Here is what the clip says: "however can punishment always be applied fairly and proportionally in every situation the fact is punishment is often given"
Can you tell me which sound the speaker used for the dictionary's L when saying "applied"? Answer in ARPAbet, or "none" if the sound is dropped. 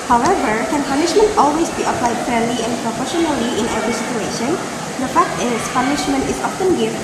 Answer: L